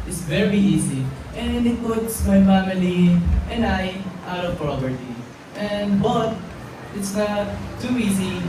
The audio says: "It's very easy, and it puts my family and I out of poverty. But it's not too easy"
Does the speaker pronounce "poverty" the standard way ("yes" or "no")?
no